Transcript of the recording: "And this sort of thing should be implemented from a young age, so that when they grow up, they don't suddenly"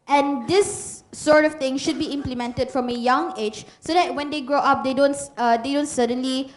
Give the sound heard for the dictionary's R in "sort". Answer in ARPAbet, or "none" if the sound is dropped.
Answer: R